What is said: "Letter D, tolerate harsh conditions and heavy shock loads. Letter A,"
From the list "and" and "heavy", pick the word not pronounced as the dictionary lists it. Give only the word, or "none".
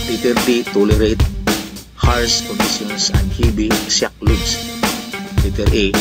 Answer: heavy